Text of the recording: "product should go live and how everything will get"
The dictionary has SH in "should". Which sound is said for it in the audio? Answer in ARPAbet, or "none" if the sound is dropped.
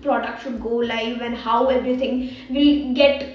S